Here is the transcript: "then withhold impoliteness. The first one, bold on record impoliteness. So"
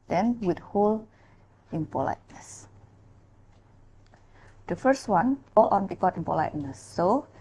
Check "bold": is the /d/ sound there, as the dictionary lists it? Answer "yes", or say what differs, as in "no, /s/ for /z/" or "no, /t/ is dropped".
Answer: no, /d/ is dropped